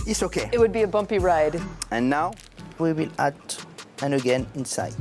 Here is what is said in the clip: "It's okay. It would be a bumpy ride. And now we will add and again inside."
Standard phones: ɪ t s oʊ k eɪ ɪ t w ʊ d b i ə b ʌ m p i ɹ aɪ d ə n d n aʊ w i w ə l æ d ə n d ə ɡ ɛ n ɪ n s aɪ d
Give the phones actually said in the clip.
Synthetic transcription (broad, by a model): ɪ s oʊ k eɪ ɪ t w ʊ d b i ə b ʌ m p i ɹ aɪ d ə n n aʊ w i w ə l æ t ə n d ə ɡ ɛ n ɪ n s aɪ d